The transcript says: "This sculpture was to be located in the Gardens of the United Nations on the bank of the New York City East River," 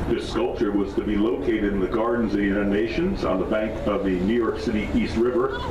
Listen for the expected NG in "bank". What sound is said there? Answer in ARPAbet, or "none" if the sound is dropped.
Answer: NG